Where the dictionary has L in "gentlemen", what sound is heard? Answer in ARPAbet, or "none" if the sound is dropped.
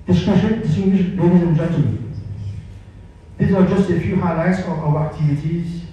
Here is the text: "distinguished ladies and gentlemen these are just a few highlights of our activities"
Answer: none